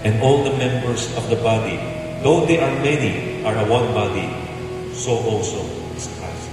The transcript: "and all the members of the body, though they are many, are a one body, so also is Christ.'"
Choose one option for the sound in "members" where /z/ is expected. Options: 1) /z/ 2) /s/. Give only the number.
2